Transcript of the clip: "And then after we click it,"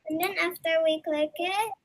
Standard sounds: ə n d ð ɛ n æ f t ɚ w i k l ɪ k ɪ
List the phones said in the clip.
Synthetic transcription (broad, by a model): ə n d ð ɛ n æ f t ɚ w i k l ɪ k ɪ